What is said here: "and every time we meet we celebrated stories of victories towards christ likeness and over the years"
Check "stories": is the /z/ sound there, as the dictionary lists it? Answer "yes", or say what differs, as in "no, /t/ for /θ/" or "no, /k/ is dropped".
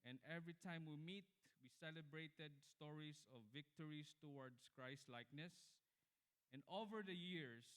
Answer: no, /s/ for /z/